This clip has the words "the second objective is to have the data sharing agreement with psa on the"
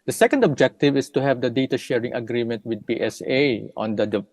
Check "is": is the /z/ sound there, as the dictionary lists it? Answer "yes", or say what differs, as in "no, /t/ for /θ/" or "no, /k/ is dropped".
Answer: no, /s/ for /z/